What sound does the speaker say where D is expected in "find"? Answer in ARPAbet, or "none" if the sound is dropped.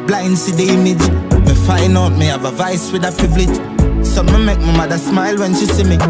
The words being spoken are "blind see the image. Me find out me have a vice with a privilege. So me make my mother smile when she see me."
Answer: none